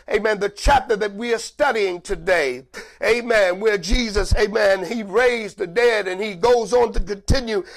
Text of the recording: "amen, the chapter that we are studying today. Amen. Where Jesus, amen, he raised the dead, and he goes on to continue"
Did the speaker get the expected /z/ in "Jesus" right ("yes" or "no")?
yes